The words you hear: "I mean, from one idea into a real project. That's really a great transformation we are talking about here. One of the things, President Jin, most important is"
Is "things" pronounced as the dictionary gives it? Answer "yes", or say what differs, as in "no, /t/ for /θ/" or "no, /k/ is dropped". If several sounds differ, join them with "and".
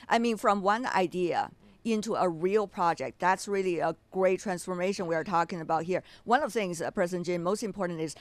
yes